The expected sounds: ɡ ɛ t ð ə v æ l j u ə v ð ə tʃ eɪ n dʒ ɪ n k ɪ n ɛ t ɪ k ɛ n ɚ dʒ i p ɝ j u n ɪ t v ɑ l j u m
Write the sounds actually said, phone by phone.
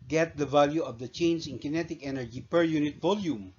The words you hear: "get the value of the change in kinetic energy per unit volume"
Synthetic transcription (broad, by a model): ɡ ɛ t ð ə v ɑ l j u ə v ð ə tʃ eɪ n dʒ ɪ n k ɪ n ɛ t ɪ k ɛ n ɚ dʒ i p ɝ j u n ɪ t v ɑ l j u m